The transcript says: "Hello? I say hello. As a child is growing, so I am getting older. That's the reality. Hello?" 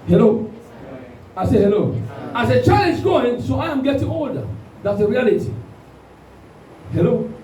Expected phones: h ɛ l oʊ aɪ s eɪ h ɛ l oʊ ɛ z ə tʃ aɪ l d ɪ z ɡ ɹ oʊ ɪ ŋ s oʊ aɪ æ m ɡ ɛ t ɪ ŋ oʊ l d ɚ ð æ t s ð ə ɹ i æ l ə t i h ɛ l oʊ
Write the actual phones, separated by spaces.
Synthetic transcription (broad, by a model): h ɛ l oʊ aɪ s eɪ h ɛ l oʊ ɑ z ə tʃ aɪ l ɪ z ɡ oʊ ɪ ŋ s oʊ aɪ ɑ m ɡ ɛ t ɪ ŋ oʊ d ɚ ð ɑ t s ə ɹ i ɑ l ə t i h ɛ l oʊ